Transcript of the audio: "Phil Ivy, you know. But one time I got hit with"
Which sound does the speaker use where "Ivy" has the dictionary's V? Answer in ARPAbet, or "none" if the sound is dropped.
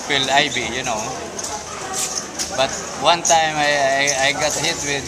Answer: B